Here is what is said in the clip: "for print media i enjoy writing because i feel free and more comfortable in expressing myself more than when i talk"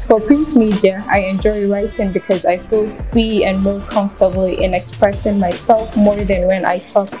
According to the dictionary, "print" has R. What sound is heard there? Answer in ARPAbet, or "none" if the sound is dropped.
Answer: none